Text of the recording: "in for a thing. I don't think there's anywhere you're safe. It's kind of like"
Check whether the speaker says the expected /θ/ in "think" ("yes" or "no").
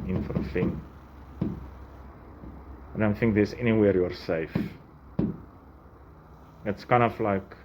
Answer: yes